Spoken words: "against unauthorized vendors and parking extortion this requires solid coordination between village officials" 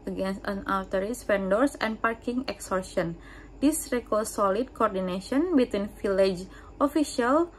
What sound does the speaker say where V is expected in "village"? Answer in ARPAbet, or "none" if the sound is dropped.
F